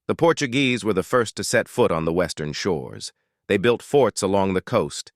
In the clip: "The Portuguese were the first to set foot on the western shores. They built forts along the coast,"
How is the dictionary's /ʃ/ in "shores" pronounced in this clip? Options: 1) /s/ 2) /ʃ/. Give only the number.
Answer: 2